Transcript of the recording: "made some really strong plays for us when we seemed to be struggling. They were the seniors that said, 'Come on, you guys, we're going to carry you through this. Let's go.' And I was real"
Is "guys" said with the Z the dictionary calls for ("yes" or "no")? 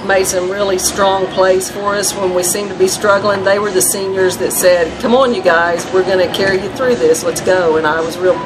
yes